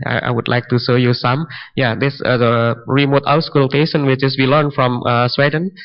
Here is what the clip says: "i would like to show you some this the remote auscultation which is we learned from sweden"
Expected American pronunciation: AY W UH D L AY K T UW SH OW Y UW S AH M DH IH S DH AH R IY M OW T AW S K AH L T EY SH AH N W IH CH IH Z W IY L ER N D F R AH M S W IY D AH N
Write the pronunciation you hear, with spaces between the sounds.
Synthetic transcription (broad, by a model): AY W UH D L AY K T UW S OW Y UW S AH M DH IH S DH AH R IY M OW T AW S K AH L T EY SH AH N W IH CH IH S W IY L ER N F R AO M S W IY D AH N